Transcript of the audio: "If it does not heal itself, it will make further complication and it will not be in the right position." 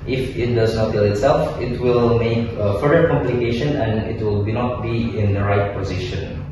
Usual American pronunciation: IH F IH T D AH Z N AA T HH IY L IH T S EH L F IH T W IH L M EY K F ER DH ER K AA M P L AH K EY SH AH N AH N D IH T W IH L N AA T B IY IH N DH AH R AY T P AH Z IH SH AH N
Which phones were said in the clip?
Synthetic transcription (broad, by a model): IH F IH T D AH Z N AA T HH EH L IH T S EH L F IH T W IH L M EY K F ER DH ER K AA M P L AH K EY SH AH N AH N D IH T W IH L N AA T B IY IH N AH R AY T P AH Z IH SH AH N